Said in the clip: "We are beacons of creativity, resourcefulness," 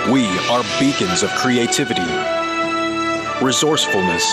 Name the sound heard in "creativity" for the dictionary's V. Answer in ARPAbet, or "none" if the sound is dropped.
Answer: V